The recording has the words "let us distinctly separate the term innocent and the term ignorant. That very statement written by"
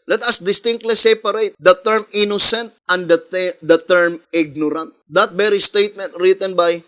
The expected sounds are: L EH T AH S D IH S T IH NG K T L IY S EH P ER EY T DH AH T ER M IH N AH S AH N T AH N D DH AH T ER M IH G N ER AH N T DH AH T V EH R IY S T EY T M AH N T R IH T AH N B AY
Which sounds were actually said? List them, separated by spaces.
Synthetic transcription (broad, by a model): L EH T AH S D IH S T IH NG K T L IY S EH P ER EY T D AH T ER M IH N AH S AH N T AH N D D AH T ER M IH G N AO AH N T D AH T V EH R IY S T EY T M AH N T R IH T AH N B AY